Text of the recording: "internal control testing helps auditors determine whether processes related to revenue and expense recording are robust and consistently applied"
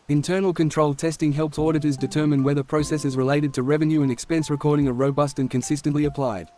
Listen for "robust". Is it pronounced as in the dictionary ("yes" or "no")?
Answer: yes